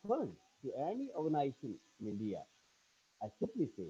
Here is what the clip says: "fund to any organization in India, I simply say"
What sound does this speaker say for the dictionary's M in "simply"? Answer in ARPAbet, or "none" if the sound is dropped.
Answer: none